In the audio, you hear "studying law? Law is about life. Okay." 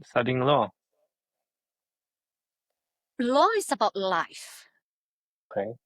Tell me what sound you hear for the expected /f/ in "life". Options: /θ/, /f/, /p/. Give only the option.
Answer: /f/